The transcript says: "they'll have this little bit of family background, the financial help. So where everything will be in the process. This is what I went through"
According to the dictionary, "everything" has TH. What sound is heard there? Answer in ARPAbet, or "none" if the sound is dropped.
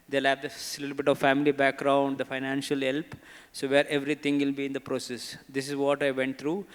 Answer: T